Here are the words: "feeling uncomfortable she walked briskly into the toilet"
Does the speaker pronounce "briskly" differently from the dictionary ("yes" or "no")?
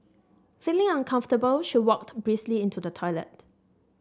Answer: yes